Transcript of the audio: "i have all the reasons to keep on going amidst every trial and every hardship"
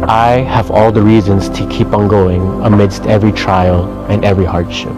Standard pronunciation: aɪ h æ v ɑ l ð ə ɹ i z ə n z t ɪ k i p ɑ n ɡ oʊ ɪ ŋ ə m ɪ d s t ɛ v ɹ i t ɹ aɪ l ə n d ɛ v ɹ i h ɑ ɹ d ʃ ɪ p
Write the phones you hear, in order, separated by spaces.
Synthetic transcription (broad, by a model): aɪ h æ v ɑ l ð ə ɹ i z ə n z t ɪ k i p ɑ n ɡ oʊ ɪ ŋ ə m ɪ d s t ɛ v ɹ i t ɹ aɪ l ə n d ɛ v ɹ i h ɑ ɹ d ʃ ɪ p